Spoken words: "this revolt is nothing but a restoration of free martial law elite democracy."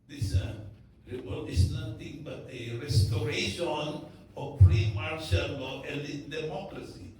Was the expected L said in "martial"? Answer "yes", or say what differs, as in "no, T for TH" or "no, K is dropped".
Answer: no, N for L